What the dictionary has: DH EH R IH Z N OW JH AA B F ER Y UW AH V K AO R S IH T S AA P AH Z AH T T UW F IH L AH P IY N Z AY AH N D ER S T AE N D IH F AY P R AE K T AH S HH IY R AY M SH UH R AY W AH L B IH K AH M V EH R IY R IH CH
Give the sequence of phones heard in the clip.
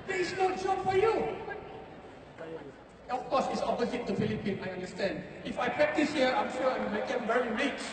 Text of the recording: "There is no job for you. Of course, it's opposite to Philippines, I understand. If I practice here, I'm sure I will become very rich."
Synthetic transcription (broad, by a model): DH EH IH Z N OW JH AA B F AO Y UW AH F K AO S IH T S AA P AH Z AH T T UW F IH L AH P IY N AY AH N D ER S T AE N D IH F AY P R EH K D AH S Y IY AY M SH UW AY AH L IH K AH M V EH R IY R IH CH